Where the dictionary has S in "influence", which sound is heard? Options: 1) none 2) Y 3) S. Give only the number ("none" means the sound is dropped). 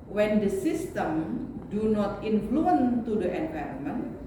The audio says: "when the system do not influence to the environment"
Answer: 1